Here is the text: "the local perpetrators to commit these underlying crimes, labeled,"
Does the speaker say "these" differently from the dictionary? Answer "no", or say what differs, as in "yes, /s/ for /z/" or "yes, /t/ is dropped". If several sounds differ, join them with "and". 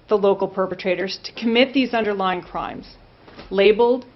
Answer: no